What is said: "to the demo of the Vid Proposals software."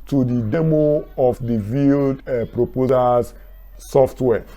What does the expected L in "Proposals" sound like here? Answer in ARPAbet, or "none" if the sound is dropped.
none